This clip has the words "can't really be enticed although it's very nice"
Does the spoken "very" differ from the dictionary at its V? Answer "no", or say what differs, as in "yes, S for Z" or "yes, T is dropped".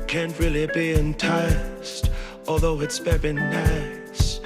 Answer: yes, B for V